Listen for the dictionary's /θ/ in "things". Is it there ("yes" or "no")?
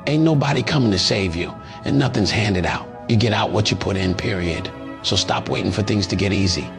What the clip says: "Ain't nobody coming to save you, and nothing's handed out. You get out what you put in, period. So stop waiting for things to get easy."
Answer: yes